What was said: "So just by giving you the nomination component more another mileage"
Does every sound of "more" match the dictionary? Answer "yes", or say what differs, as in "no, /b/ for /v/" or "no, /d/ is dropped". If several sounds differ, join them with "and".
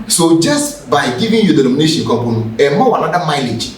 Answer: no, /w/ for /ɹ/